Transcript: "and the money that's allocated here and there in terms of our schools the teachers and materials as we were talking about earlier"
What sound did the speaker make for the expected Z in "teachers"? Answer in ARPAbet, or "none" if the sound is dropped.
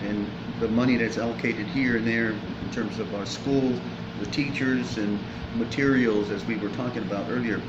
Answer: Z